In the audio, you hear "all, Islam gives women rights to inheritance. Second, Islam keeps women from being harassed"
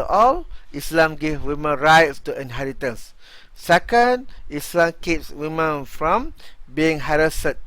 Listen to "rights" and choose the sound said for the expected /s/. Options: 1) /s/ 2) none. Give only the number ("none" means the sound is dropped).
1